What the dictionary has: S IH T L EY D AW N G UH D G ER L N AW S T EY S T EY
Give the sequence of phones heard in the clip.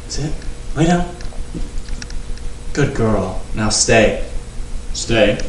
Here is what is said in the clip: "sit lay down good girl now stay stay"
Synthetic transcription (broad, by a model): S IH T W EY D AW G UH D G ER L N AW S T EY S T EY